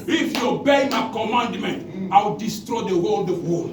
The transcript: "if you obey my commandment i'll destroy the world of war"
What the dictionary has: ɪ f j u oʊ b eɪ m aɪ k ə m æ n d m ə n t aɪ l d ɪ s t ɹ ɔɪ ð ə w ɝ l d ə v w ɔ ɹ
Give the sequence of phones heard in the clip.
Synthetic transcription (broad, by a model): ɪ f j u oʊ b eɪ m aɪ k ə m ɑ n d m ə n t aɪ w d ɪ s t ɹ ɔɪ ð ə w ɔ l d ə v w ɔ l